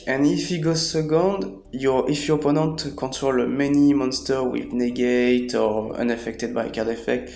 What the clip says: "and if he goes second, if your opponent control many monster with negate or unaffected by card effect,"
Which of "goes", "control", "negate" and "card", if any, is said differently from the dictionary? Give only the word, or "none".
control